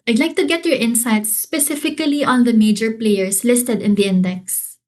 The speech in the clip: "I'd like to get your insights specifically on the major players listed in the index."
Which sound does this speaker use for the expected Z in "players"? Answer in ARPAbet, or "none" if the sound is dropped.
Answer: S